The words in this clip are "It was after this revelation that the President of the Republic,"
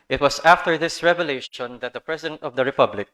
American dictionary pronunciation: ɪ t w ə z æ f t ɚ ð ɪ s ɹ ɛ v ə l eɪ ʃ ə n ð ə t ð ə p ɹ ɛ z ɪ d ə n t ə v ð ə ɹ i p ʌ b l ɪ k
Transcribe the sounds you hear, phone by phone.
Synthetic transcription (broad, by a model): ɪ t w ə s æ f t ɚ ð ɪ s ɹ ɛ v ə l eɪ ʃ ə n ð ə t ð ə p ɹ ɛ s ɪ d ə n t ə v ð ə ɹ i p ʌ b l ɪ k